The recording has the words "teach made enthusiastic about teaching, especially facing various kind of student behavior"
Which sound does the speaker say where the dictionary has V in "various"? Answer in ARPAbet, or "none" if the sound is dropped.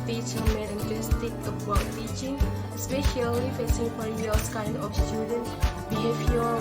F